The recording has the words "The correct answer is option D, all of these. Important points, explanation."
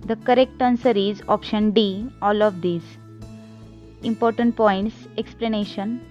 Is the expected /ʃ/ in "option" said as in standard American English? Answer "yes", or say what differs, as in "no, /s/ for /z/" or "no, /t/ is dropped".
yes